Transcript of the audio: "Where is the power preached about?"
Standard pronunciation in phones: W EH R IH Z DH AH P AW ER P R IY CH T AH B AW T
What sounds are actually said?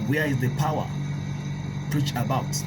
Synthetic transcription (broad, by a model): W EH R IH Z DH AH P AW ER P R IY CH AH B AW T